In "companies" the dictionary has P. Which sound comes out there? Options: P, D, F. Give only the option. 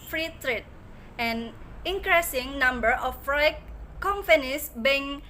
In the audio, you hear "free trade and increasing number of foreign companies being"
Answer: F